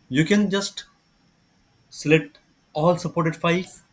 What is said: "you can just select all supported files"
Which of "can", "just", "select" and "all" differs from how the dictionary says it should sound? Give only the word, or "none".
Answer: select